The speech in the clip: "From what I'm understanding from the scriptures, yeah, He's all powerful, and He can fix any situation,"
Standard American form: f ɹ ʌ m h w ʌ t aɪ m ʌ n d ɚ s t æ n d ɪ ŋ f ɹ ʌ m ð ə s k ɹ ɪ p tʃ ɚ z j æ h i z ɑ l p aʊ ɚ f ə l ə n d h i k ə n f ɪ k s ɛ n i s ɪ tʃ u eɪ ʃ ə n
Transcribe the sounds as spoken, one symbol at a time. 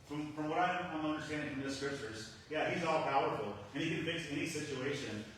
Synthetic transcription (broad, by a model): f ɹ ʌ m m w ʌ t aɪ m ʌ n d ɚ s t æ n d ɪ ŋ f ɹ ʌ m ð ə s k ɹ ɪ p tʃ ɚ z j æ h i z ɑ l p aʊ ɚ f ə l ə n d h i k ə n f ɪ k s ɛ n i s ɪ tʃ u eɪ ʃ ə n